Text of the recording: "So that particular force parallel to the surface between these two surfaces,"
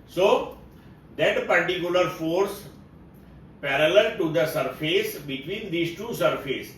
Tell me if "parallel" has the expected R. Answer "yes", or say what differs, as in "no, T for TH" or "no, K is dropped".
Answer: yes